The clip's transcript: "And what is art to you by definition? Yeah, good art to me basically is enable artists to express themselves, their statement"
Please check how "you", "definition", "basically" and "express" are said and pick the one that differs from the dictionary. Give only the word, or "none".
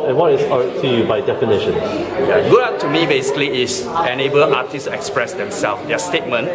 none